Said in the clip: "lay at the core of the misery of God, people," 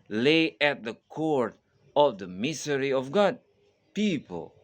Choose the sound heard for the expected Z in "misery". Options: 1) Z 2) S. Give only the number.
2